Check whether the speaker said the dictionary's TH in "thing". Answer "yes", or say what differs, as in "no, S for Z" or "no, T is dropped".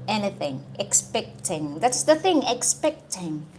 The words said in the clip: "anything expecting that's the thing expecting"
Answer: yes